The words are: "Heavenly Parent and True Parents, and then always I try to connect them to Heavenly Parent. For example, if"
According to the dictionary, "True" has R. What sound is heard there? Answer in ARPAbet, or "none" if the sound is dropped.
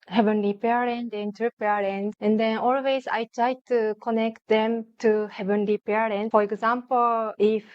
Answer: none